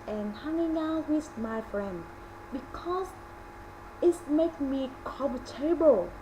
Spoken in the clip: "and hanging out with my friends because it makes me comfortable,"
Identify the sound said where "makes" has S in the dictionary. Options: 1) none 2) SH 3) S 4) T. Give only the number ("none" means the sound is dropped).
1